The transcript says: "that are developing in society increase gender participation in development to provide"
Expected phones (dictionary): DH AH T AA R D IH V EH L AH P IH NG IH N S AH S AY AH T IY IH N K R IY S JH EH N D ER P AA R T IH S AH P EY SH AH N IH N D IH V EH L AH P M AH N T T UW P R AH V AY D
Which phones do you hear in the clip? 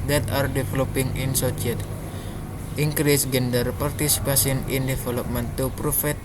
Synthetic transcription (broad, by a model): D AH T AA R D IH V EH L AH P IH NG IH N S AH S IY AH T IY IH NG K R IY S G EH N D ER P AA R T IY S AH P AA S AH N IH N D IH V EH L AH P M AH N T T UW P R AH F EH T